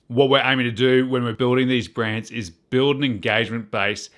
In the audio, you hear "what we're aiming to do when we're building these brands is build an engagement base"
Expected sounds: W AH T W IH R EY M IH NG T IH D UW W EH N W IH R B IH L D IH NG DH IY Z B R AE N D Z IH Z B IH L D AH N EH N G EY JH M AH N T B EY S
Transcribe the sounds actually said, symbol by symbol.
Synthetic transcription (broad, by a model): W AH T W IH R EY M IH NG T IH D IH W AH N W IH R B IH L D IH NG DH IY Z B R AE N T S IH Z B IH L D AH N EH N G EY JH M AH N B EY S